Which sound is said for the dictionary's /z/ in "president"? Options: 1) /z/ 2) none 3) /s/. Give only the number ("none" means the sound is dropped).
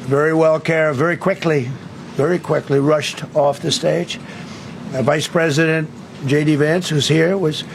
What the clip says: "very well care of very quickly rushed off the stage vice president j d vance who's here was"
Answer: 1